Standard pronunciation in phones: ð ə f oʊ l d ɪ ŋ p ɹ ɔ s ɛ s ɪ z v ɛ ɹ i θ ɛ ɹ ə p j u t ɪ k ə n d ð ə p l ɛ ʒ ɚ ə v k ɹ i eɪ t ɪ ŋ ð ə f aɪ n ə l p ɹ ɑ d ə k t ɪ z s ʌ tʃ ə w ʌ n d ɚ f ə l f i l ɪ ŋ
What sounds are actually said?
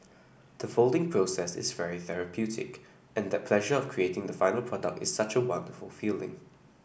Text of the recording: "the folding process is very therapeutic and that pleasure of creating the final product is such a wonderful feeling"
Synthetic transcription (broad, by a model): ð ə f oʊ l d ɪ ŋ p ɹ ɔ s ɛ s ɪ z v ɛ ɹ i θ ɛ ɹ ə p j u t ɪ k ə n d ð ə p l ɛ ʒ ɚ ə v k ɹ i eɪ t ɪ ŋ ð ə f aɪ n ə l p ɹ ɑ d ə k t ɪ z s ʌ tʃ ə w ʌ n d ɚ f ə l f i l ɪ ŋ